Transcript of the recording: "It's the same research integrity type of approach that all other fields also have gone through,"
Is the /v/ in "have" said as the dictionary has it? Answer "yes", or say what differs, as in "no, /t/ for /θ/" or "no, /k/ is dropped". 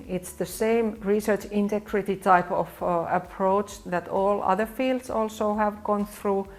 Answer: yes